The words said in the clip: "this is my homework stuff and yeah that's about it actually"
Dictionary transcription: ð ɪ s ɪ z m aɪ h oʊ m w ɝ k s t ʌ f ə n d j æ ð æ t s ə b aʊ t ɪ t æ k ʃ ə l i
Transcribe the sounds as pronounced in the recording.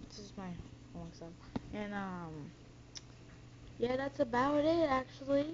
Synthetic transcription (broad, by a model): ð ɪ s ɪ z m aɪ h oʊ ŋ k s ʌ ə n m j æ ð æ t s ə b aʊ t ɪ t æ k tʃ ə l i